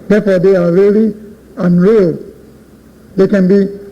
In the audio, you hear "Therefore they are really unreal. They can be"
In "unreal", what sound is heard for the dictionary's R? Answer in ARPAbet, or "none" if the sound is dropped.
R